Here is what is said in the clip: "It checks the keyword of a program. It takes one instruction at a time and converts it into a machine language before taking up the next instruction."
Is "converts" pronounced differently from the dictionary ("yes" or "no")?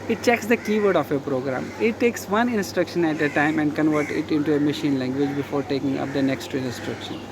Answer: yes